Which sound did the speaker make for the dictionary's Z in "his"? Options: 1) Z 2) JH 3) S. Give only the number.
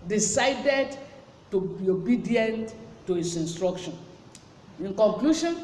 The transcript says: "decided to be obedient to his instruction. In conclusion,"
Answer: 3